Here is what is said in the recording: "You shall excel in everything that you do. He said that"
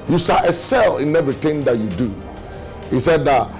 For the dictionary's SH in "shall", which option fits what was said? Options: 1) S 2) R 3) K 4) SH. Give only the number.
1